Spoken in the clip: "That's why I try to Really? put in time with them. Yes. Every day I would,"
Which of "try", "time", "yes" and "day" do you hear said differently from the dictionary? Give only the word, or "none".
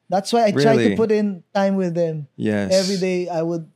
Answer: yes